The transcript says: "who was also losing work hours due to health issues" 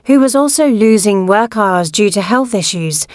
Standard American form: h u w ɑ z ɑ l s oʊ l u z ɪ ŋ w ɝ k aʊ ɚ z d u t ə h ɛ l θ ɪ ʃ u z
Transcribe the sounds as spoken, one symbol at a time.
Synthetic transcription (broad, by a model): h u w ɑ z ɑ l s oʊ l u z ɪ ŋ w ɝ k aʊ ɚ z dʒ u t ə h ɛ l θ ɪ ʃ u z